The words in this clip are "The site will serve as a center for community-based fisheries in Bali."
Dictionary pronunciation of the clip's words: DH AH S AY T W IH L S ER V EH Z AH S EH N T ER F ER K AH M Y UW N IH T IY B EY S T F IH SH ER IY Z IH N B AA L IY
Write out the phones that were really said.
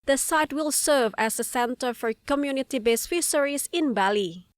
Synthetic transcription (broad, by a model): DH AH S AY T W IH L S ER V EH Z AH S EH N T ER F ER K AH M Y UW N IH T IY B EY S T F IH S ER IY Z IH N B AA L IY